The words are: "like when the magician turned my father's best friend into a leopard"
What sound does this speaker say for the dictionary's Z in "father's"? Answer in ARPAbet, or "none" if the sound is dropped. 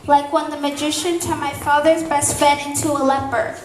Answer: Z